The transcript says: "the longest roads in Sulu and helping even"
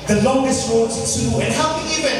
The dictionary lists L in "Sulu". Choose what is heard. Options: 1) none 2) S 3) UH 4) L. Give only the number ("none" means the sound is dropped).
1